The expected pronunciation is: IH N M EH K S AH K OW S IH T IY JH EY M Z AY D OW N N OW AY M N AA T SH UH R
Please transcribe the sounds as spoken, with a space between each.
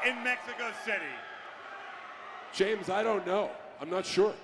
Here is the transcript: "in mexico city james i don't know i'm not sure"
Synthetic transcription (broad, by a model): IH N M EH K S AH K OW S IH T IY JH EY M Z AY D OW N N OW AY M N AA T SH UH R